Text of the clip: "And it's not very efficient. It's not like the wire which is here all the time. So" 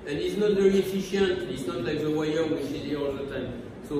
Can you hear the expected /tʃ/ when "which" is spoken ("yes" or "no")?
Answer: no